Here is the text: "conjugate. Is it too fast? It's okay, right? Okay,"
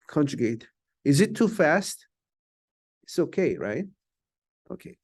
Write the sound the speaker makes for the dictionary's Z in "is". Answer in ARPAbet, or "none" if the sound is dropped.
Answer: Z